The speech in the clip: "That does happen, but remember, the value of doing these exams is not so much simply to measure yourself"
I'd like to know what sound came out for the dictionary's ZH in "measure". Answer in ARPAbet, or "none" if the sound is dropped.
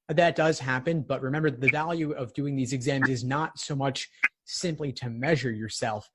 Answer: ZH